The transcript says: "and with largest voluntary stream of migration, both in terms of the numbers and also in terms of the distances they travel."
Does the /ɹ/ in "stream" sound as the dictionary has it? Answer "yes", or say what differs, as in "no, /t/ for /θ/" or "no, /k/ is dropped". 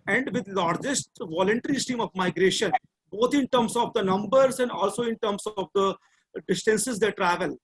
no, /ɹ/ is dropped